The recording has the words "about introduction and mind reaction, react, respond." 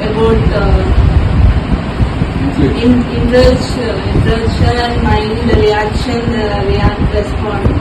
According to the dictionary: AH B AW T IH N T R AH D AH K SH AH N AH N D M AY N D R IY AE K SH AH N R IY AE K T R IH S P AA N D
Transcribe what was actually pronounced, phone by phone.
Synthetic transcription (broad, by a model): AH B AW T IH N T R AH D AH SH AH L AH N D M AY N D R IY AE K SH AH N R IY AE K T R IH S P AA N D